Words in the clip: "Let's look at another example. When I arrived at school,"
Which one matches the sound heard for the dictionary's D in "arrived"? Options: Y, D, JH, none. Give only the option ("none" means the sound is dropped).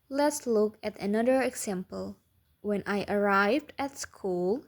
D